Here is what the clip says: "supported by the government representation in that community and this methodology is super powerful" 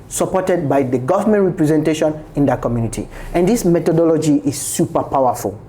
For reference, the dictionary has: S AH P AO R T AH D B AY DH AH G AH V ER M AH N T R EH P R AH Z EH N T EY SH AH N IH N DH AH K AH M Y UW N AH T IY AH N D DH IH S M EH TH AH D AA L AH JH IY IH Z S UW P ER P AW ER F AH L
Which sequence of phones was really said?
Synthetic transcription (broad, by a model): S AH P AO T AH D B AY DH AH G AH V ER M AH N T R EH P R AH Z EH N T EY SH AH N IH N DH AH K AH M Y UW N AH T IY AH N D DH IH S M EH T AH D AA L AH JH IY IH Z S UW P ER P AW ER F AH L